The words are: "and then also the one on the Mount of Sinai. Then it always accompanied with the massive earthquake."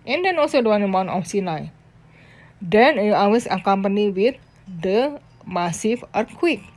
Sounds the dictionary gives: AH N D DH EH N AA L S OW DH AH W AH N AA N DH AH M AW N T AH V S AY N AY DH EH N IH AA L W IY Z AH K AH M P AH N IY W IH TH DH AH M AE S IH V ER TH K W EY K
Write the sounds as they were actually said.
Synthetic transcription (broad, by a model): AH N D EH N AA L S OW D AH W AA N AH M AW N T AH F S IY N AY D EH N IH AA W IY S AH K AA M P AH N IY W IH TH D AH M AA S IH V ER K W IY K